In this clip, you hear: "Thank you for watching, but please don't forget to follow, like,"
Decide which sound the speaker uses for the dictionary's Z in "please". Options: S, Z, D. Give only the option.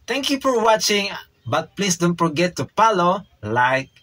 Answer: S